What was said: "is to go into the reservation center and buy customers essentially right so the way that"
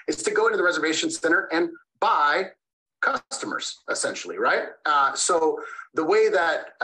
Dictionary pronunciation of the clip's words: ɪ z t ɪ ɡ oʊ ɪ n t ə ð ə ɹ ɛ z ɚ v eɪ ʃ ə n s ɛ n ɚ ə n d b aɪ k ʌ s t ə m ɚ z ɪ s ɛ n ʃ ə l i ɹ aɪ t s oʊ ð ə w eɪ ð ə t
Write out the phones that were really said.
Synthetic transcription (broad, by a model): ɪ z t ɪ ɡ oʊ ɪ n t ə ð ə ɹ ɛ z ɚ v eɪ ʃ ə n s ɛ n ɚ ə n b aɪ k ʌ s t ə m ɚ z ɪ s ɛ n ʃ l i ɹ aɪ t s oʊ ð ə w eɪ ð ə t